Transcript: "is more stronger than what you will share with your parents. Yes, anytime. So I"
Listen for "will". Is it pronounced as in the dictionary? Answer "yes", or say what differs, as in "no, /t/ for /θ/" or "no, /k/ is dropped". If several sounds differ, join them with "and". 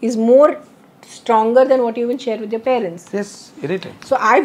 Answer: no, /n/ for /l/